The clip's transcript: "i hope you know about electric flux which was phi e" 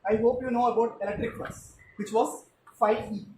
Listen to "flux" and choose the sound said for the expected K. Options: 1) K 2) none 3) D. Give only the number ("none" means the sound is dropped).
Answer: 2